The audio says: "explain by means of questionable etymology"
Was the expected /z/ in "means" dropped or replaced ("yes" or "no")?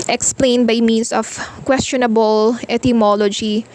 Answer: yes